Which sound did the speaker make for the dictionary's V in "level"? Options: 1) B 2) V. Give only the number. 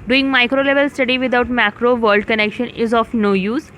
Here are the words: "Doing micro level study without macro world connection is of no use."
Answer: 2